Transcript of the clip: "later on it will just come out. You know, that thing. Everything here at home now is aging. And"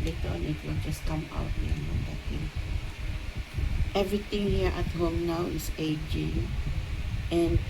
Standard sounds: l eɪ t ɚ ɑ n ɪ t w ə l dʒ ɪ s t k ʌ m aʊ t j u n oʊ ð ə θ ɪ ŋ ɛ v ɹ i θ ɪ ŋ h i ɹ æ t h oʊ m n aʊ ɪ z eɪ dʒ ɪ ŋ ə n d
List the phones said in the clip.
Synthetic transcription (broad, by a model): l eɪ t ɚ ɑ n ɪ t w ə l dʒ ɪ s k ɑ m aʊ t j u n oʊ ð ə t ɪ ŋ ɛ v ɹ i t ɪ ŋ h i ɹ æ t h oʊ m n aʊ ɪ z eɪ dʒ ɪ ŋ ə n